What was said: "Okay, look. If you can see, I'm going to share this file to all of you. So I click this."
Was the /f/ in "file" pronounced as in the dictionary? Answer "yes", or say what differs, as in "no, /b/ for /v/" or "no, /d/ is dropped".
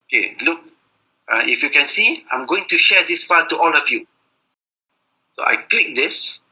no, /p/ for /f/